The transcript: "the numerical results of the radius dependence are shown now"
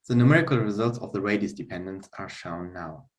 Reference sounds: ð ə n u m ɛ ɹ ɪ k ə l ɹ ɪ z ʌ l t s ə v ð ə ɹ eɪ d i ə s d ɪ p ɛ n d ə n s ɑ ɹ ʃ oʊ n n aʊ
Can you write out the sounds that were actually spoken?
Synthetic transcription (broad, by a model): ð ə n u m ɛ ɹ ɪ k ə l ɹ ɪ z ʌ l t s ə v ð ə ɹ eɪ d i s d ɪ p ɛ n d ə n s ɑ ɹ ʃ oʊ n n aʊ